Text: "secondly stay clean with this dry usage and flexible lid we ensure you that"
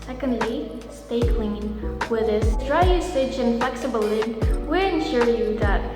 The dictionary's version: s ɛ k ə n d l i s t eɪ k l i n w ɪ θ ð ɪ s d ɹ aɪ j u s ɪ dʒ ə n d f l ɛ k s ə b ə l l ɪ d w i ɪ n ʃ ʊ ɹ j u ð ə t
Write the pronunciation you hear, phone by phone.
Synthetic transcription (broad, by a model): s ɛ k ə n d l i s t eɪ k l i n w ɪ ð ɪ s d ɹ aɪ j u s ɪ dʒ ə n f l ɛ k s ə b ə l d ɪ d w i ɪ n ʃ ʊ ɹ j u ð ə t